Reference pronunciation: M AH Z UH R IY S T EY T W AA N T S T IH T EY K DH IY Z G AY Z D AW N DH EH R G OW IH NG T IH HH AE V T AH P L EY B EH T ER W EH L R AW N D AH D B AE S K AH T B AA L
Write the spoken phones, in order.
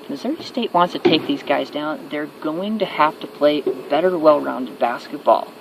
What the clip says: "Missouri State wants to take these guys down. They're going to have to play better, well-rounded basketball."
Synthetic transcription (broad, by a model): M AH Z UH R IY S T EY T W AA N T S T IH T EY K DH IY Z G AY Z D AW N DH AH R G OW IH NG T IH HH AE F T AH P L EY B EH T ER W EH L R AW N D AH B AE S K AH T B AA L